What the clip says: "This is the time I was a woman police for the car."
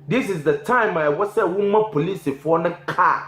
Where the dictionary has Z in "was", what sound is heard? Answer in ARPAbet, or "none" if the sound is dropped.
S